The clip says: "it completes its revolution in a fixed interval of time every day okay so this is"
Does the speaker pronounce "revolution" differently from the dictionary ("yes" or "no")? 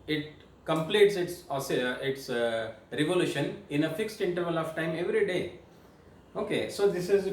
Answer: no